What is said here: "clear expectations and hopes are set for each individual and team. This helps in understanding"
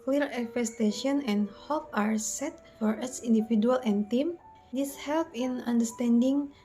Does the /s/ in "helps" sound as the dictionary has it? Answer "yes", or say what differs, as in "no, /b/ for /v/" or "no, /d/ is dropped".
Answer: no, /s/ is dropped